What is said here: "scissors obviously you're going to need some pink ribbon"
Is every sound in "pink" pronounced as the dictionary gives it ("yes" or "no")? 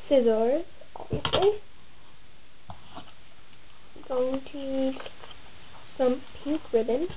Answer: no